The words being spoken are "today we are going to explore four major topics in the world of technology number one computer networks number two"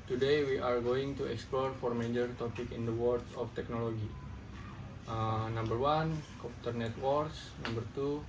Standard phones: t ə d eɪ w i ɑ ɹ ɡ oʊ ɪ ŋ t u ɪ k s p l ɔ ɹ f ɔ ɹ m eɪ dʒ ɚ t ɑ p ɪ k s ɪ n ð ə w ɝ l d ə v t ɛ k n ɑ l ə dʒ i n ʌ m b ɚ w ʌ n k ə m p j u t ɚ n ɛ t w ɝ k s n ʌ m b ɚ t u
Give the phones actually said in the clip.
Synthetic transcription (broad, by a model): t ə d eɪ w i ɑ ɹ ɡ oʊ ɪ ŋ t u ɪ k s p l ɔ ɹ f ɔ ɹ m eɪ dʒ ɚ t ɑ p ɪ k ɪ n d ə w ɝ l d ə f t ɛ k n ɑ l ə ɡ i n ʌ m b ɚ w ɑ n k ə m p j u t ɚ n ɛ t w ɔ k s n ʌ m b ɚ t u